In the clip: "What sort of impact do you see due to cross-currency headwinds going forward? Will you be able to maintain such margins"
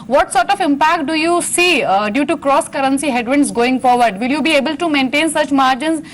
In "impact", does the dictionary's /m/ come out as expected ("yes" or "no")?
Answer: yes